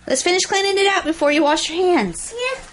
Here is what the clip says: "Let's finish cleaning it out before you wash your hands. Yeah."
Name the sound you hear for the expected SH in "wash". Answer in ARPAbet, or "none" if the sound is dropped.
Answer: SH